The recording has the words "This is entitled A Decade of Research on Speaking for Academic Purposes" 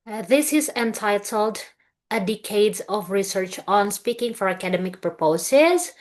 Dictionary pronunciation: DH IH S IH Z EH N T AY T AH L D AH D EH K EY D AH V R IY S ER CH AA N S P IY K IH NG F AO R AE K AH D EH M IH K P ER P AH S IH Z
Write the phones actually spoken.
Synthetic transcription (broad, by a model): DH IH S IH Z EH N T AY T AH L D AH D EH K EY D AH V R IY S ER CH AA N S P IY K IH NG F AO R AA K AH D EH M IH K P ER P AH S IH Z